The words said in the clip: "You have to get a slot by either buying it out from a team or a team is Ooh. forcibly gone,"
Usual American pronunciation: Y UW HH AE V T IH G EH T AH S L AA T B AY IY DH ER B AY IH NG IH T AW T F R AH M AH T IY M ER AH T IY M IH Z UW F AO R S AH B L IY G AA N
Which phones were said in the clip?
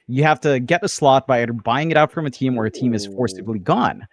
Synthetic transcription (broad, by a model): Y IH HH AE F T IH G EH T AH S L AA T B AY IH ER B AY IH NG IH T AW T F R AH M AH T IY M ER AH T IY M IH Z F AO R S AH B L IY G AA N